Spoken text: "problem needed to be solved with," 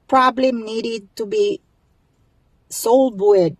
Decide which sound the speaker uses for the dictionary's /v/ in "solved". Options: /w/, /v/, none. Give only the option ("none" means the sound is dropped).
none